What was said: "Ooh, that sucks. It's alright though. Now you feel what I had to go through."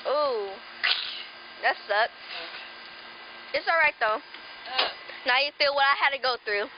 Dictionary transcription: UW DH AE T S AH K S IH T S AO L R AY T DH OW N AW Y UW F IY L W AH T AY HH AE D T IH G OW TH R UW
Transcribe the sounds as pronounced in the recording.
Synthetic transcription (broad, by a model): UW DH AE T S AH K IH T S AO L R AY T DH OW N AW Y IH F IY L W AH T AY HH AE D T IH G OW TH R UW